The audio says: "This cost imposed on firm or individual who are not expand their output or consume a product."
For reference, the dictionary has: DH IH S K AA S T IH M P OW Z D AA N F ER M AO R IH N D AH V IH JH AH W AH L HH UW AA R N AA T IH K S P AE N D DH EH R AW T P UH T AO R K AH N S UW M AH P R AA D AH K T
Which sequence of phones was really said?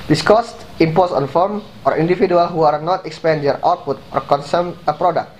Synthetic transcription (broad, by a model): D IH S K AA S T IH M P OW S AA N F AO M AO R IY N D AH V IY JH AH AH L HH UW AA R N AA T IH K S P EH N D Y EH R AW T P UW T AO R K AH N S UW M AH P R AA D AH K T